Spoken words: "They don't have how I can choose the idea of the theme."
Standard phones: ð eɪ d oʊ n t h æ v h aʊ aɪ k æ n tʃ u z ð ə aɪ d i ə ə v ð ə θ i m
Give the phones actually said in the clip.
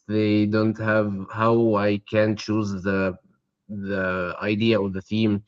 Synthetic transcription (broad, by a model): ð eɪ d oʊ n t h æ v h aʊ aɪ k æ n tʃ u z ð ə aɪ d i ə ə ð ə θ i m